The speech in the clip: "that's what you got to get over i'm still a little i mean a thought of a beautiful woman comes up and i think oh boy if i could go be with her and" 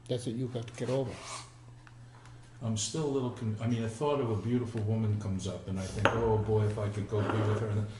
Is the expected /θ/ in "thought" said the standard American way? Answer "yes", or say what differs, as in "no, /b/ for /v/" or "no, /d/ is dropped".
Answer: yes